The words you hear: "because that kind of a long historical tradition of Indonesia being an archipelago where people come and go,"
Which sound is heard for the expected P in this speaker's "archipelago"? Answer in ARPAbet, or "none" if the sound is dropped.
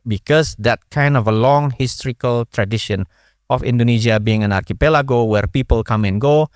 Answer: P